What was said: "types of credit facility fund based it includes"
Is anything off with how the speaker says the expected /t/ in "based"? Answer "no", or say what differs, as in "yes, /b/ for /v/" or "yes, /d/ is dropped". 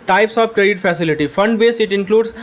yes, /t/ is dropped